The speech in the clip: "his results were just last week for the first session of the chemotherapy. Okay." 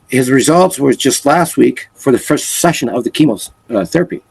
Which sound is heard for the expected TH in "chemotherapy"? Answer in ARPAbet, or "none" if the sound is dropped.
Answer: TH